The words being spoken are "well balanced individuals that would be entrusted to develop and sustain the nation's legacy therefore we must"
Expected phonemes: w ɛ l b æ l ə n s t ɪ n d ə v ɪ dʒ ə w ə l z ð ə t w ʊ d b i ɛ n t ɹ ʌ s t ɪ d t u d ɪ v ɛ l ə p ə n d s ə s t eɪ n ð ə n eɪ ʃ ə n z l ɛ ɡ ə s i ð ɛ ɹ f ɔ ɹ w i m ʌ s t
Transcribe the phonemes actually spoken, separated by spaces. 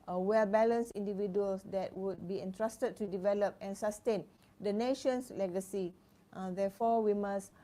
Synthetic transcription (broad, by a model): w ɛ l b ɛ l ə n s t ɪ n d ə v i dʒ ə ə l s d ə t w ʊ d b i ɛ n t ɹ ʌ s t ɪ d t u d ɪ v ɛ l ə p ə n s ə s t eɪ n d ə n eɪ ʃ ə n s l ɛ ɡ ə s i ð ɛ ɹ f ɔ w i m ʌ s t